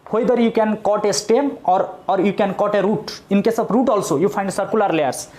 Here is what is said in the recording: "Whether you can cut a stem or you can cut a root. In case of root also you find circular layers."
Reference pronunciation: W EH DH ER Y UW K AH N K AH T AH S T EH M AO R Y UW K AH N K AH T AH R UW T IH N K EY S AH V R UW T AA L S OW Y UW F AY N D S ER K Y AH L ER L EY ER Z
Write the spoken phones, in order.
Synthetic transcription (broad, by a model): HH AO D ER Y UW K AH N K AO T AH S T EH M AO R Y UW K AH N K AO T AH R UW T IH N K EY S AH B R UW T AA L S OW Y UW P AY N D S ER K Y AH L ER L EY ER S